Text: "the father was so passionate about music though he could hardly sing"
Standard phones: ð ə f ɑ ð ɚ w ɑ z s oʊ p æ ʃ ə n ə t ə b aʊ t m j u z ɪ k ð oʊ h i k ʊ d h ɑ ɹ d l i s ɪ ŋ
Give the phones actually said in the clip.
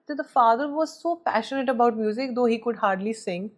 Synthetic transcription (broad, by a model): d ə f ɑ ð ɚ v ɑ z s oʊ p æ ʃ ə n ə t ə b aʊ t m j u z ɪ k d oʊ h i k ʊ d h ɑ ɹ d l i s ɪ ŋ